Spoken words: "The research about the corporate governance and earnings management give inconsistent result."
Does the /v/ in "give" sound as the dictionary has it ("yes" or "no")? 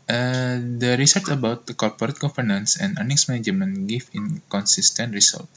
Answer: no